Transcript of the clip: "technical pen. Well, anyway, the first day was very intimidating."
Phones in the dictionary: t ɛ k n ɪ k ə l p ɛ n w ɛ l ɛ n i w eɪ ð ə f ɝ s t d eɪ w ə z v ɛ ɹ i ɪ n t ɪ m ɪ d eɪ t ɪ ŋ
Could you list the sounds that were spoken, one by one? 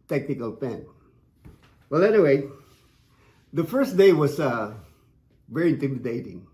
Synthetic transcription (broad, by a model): t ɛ k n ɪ k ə l p ɛ n w ɛ l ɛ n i w eɪ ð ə f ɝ s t d eɪ w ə s v ɛ ɹ i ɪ n t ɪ m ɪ d eɪ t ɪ ŋ